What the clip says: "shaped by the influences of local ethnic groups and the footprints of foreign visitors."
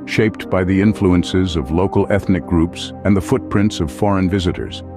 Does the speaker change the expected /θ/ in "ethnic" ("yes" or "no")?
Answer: no